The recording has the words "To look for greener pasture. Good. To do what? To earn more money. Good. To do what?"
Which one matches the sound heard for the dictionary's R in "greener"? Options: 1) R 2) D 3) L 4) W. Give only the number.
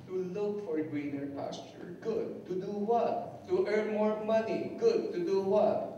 4